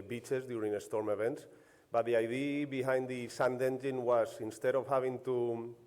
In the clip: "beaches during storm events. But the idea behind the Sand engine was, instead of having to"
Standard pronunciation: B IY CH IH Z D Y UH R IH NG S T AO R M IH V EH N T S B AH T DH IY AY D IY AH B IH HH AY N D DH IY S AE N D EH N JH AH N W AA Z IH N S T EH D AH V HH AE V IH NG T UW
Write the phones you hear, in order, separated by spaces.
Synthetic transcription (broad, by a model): B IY CH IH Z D Y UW R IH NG S T AO R M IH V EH N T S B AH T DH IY AY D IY B IH HH AY N D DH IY S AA N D EH N JH AH N W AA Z IH N S T EH D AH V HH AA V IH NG T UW